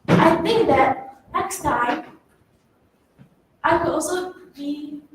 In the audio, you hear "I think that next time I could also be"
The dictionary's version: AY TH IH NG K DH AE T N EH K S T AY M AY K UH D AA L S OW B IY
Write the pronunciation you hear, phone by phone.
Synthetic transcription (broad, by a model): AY TH IH NG K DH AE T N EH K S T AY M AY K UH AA S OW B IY